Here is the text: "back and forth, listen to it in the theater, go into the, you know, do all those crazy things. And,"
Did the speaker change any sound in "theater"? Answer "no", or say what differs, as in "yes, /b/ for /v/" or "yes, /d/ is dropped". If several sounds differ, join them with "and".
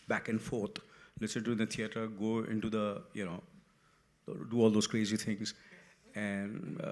yes, /t/ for /θ/